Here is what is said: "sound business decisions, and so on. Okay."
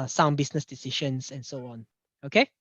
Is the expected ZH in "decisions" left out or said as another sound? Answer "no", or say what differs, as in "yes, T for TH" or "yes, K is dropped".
yes, SH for ZH